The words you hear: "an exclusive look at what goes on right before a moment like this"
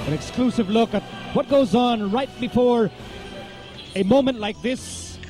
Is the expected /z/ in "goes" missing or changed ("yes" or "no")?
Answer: no